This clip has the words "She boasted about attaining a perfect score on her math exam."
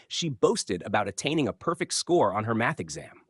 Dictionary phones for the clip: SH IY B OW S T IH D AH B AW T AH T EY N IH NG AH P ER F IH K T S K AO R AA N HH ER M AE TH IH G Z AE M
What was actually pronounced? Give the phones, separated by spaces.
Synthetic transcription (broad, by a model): SH IY B OW S T IH D AH B AW T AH T EY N IH NG AH P ER F IH K T S K AO R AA N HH ER M AE TH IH G Z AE M